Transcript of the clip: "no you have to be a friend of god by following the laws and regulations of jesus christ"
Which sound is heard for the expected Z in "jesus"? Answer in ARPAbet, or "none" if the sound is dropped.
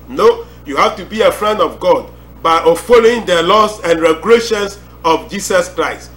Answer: S